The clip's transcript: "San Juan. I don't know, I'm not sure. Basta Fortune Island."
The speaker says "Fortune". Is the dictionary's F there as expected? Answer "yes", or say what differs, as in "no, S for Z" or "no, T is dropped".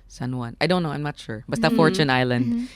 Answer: yes